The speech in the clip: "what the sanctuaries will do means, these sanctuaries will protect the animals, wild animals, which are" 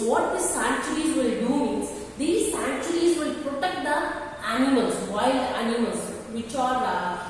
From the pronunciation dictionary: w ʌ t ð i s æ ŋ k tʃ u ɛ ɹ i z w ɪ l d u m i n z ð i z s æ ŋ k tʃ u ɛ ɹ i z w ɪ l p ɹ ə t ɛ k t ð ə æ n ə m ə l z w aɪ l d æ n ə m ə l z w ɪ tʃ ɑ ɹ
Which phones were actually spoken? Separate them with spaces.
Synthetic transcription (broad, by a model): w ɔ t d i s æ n tʃ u ɹ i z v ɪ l d u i z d i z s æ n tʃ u ɹ i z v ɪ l p ɹ ə t ɛ k t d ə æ n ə m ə l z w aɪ l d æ n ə m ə l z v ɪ tʃ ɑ ɹ